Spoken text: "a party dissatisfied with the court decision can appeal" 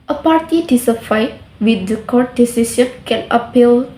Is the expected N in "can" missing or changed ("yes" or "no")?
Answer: yes